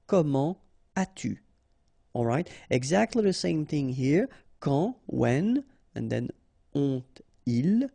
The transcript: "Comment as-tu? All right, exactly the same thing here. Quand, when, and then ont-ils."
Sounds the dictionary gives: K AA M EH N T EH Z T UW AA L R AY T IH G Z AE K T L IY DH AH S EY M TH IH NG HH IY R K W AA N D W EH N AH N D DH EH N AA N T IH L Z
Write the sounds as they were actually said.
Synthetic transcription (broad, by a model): K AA M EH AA T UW AA L R AY T IH G Z AE K T L IY DH AH S EY M TH IH NG HH IY R K AA W EH N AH N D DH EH N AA T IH L